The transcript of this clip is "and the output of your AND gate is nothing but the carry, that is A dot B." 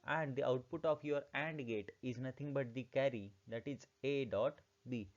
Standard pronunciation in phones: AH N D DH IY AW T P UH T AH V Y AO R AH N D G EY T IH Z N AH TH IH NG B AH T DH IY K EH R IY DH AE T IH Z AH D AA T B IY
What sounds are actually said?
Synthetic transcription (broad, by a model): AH N D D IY AW T P UH T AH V Y AO R AH N D G EY T IH Z N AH T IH NG B AH T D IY K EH R IY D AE T IH Z AH D AA T B IY